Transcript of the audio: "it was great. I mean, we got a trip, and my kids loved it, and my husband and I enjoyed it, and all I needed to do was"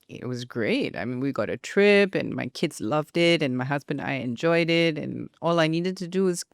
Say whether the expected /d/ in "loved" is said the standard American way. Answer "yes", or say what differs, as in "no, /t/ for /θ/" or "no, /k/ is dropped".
yes